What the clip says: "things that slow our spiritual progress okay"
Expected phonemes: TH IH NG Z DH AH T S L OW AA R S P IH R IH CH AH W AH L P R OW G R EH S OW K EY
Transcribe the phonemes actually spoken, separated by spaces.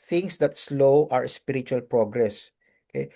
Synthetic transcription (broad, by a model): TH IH NG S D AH T S L OW AA R S P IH R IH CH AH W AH L P R OW G R EH S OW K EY